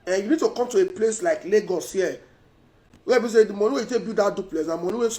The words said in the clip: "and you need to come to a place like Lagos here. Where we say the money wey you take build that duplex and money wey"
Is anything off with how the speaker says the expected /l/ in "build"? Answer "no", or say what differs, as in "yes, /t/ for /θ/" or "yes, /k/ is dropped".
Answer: yes, /l/ is dropped